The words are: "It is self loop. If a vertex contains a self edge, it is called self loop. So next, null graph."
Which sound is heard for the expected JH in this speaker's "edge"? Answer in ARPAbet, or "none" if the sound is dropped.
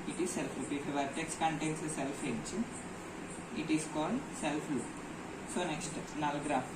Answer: CH